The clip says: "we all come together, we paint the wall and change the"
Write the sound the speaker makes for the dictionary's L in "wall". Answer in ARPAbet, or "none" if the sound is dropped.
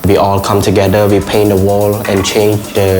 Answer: L